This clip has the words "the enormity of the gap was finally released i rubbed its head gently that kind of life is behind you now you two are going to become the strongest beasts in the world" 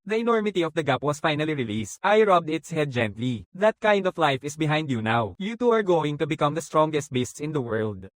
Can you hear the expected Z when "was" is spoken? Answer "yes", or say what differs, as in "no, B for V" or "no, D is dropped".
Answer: no, S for Z